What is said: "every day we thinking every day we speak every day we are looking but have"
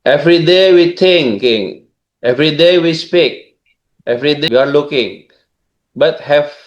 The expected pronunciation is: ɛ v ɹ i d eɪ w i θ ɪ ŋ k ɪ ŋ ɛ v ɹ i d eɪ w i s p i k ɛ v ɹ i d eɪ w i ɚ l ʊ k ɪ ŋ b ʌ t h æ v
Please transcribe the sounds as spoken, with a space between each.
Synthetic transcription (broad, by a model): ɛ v ɹ i d eɪ w i t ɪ ŋ k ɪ ŋ ɛ v ɹ i d eɪ w i s p i k ɛ v ɹ i d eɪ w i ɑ l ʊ k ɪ ŋ b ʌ t h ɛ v